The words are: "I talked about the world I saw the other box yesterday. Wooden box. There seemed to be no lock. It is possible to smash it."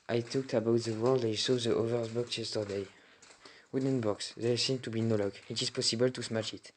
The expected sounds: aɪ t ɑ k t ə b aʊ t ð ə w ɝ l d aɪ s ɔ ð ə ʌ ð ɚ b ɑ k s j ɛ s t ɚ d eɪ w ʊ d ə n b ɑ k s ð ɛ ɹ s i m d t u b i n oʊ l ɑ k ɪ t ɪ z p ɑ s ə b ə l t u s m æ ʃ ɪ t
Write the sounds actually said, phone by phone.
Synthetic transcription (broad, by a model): aɪ t ɑ k t ə b aʊ t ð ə w ɝ l d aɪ s ɔ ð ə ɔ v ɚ b ɑ k s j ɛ s t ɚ d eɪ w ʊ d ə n b ɑ k s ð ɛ s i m t u b i n oʊ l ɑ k ɪ t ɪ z p ɑ s ə b ə l t u s m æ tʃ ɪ t